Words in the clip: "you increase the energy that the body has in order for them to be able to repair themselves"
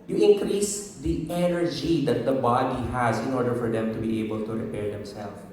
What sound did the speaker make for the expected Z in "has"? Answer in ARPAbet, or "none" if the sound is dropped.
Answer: Z